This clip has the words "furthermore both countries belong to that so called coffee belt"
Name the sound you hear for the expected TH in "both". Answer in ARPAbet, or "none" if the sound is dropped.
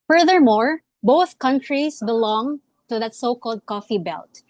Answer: TH